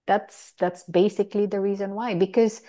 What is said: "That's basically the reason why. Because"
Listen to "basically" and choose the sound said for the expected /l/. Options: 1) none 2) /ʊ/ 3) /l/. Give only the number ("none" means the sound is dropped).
3